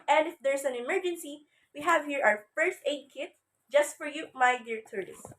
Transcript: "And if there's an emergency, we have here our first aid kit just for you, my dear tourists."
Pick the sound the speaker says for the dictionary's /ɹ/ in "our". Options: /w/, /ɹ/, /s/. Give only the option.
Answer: /w/